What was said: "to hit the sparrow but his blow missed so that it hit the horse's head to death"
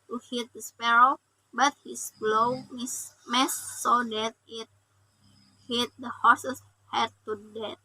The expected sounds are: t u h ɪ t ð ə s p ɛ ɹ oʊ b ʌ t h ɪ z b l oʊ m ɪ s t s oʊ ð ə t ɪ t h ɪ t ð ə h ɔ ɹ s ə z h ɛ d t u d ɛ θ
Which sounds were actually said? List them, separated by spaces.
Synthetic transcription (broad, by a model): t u h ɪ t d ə s p ɛ ɹ oʊ b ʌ t h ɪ s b l oʊ m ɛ s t s oʊ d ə t ɪ t h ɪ t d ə h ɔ s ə s h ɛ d t u d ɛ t